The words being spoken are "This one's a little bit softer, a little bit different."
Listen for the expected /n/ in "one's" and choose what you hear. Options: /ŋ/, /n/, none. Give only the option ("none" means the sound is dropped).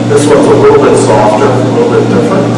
none